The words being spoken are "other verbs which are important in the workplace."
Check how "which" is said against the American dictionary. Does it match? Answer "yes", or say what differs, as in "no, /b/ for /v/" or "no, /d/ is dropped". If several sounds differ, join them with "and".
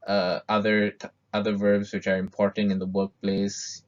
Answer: yes